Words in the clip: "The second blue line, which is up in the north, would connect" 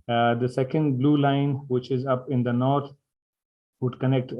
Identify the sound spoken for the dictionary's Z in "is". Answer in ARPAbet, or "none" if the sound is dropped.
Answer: Z